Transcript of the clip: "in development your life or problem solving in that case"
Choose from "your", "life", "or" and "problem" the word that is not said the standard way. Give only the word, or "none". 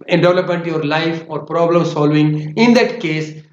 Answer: none